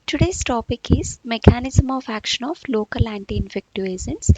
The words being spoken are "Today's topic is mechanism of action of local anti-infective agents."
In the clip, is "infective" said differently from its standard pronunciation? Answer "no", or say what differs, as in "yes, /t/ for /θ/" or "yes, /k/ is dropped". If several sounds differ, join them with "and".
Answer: yes, /v/ is dropped